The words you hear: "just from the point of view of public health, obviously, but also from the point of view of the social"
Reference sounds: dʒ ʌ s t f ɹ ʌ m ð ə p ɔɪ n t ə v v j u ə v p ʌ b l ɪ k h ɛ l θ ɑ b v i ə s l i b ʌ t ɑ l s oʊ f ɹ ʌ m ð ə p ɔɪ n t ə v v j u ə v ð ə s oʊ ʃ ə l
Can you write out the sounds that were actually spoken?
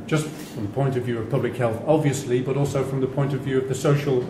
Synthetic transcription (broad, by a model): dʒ ʌ s t f ɹ ʌ m ð ə p ɔɪ n t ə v v j u ə v p ʌ b l ɪ k h ɛ l θ ɑ b v i ə s l i b ʌ t ɑ l s oʊ f ɹ ʌ m ð ə p ɔɪ n t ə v v j u ə v ð ə s oʊ ʃ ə l